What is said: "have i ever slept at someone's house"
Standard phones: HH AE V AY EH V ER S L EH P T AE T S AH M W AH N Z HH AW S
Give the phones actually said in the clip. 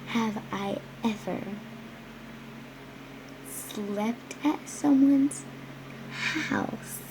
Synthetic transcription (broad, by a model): HH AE V AY EH V ER S L EH P T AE T S AH M W AH N Z HH AW S